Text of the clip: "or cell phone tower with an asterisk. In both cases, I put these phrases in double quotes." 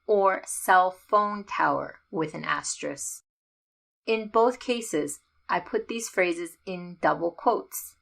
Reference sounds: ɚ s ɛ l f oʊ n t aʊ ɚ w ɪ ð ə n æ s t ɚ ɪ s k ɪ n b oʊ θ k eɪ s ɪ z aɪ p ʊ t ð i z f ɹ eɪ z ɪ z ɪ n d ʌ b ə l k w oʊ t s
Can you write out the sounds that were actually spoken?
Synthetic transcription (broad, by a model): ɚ s ɛ l f oʊ n t aʊ ɚ w ɪ ð ə n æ s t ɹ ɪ s ɪ n b oʊ θ k eɪ s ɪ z aɪ p ʊ t ð i z f ɹ eɪ z ɪ z ɪ n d ʌ b l k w oʊ t s